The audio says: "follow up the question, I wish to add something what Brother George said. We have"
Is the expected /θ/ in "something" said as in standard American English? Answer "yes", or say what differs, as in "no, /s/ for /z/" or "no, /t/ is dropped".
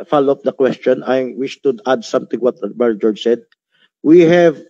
no, /t/ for /θ/